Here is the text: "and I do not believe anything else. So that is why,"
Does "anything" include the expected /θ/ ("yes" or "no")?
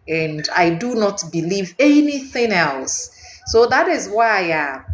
yes